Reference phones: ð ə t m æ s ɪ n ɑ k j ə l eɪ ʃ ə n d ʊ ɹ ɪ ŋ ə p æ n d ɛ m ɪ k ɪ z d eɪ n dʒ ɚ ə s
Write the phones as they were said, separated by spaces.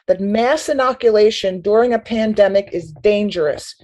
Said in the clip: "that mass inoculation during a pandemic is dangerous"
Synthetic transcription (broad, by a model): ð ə t m æ s ɪ n ɑ k j ə l eɪ ʃ ə n d ʊ ɹ ɪ ŋ ə p æ n d ɛ m ɪ k ɪ z d eɪ n dʒ ɚ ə s